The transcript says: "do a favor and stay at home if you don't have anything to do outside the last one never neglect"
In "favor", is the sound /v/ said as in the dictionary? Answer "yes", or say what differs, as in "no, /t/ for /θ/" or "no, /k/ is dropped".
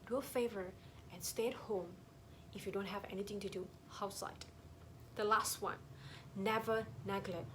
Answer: yes